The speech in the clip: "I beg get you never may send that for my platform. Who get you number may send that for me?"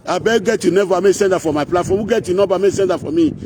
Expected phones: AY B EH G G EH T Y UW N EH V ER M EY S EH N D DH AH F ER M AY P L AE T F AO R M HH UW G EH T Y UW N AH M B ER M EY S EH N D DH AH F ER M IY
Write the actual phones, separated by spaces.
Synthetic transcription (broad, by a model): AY B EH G G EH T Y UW N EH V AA M EY S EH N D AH F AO M AY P L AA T F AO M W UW G EH T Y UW N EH B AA M EY S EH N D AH F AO M IY